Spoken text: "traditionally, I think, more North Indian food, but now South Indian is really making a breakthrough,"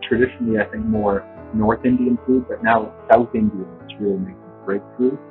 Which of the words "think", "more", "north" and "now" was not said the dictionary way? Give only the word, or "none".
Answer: none